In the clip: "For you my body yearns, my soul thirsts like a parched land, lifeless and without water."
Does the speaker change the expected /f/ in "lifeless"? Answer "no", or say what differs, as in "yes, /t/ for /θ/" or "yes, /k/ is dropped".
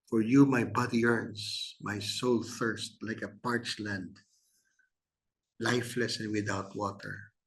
no